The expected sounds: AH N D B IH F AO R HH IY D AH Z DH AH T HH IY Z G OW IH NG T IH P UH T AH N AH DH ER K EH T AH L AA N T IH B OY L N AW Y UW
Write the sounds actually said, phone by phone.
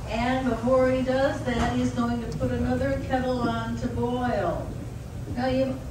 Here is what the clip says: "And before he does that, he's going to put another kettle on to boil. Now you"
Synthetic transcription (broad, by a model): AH N B IH F AO R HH IY D AH Z DH AH T HH IY Z G OW IH NG T IH P UH T AH N AH DH ER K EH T L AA N T IH B OY L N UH Y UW